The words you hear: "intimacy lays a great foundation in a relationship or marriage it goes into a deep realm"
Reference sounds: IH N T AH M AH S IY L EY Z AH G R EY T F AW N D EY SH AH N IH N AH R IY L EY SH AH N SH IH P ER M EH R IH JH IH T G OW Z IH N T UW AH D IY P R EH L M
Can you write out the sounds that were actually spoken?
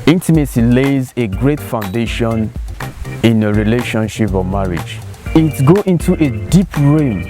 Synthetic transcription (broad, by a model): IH N T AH M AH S IY L EY Z AH G R EY T F AW N D EY SH AH N IH N AH R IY L EY SH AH N SH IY P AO M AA R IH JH IH T G OW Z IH N T UW AH D IY P R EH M